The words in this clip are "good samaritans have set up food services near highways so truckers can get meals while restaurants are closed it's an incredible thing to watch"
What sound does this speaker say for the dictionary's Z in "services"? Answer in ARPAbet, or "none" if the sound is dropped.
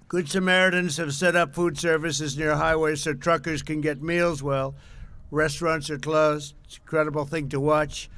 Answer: Z